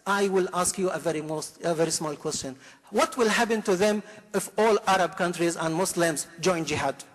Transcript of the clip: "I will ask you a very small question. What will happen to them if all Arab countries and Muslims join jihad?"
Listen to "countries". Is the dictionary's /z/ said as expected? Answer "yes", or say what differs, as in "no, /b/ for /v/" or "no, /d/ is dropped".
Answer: yes